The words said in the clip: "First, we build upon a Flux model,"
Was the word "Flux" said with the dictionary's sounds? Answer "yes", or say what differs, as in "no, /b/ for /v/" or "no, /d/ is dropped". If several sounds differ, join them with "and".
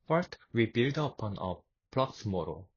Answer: no, /p/ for /f/